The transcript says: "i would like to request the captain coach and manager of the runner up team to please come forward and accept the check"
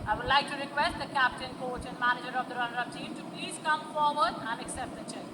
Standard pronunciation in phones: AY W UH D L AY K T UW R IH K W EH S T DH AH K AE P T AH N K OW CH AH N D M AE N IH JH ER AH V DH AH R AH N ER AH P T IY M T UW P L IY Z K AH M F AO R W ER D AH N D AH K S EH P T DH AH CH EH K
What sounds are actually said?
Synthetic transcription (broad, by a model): AY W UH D L AY K T UW R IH K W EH S T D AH K AE P T AH N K OW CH AH N D M AE N IH JH ER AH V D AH R AH N ER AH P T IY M T UW P L IY Z K AH M F AO R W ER D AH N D AH K S EH P T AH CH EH